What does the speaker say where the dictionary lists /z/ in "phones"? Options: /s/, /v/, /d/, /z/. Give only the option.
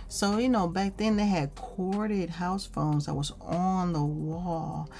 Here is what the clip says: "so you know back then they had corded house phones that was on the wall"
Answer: /z/